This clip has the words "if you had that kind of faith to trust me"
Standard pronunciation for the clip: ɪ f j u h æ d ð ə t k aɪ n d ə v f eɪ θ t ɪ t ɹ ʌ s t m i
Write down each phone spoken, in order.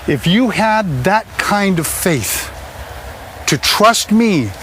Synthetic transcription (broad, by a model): ɪ f j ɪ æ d ð ə t k aɪ n d ə v f eɪ θ t ɪ t ɹ ʌ s t m i